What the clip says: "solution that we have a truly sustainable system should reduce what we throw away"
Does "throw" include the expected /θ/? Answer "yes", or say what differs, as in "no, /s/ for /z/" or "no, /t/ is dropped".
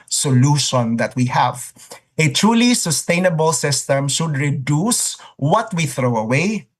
yes